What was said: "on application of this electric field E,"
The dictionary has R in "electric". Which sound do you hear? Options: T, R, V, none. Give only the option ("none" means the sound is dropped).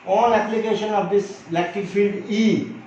none